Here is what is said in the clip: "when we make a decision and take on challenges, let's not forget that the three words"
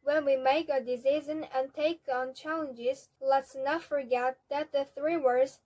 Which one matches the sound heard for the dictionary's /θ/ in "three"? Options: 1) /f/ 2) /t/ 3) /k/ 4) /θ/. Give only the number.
4